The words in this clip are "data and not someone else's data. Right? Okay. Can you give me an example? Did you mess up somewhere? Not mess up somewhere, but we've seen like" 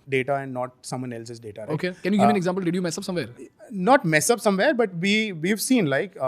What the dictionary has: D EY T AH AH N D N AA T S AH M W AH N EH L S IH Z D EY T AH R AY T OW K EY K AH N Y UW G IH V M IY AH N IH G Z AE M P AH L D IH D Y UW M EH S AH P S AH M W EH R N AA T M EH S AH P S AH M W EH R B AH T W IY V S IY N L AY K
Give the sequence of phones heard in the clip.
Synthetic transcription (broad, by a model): D EY T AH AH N D N AA T S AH M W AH N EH L S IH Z D EY T AH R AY OW K EY K AH N Y UW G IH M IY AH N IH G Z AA M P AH L D IH D Y UW M EH S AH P S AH M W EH R N AA T M EH S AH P S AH M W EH R B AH T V IY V S IY N L AY K